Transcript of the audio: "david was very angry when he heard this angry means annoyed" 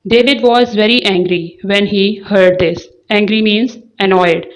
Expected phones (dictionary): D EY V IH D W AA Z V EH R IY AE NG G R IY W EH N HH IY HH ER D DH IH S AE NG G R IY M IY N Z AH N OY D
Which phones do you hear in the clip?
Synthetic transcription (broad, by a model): D EY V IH D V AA Z V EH R IY AE NG G R IY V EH N HH IY HH ER D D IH S AE NG G R IY M IY N Z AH N OY D